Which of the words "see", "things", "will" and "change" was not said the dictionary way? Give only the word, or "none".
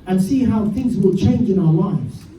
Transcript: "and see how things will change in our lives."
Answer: none